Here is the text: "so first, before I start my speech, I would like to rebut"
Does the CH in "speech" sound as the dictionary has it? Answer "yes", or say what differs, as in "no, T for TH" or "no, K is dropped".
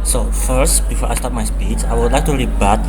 no, S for CH